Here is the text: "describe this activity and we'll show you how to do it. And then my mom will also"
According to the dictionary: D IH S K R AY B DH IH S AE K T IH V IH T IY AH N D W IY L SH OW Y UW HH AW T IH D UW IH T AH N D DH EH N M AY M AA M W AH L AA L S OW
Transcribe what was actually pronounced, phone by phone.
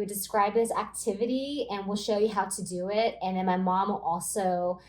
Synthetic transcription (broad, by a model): D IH S K R AY B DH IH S AE K T IH V IH T IY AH N W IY L SH OW Y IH HH AW T IH D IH IH T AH N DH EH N M AY M AA M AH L AA L S OW